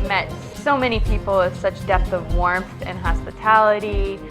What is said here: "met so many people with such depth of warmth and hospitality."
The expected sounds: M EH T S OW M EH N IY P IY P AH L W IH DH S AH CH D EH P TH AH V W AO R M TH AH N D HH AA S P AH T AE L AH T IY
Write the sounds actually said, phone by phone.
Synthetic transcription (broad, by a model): M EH T S OW M EH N IY P IY P L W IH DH S AH CH D EH P TH AH V W AO R M TH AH N HH AA S P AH T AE L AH T IY